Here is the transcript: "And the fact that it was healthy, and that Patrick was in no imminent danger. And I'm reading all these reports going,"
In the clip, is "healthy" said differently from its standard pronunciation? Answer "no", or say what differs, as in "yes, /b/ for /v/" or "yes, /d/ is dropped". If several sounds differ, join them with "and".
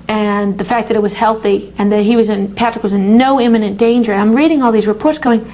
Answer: no